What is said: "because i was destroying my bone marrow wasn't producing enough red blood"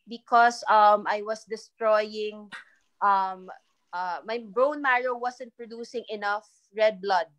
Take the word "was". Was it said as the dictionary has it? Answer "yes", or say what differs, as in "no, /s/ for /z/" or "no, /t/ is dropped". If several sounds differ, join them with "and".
no, /s/ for /z/